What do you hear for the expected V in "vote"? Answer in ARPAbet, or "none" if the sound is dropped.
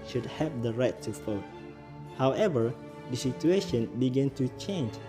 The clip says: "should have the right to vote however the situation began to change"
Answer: F